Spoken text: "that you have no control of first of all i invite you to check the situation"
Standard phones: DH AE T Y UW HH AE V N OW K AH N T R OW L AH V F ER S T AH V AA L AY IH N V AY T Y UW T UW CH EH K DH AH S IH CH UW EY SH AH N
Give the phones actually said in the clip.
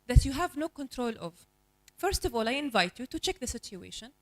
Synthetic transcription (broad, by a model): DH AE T Y UW HH AE V N OW K AH N T R OW L AH V F ER S T AH V AA L AY IH N V AY T Y UW T UW CH EH K DH AH S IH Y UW EY SH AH N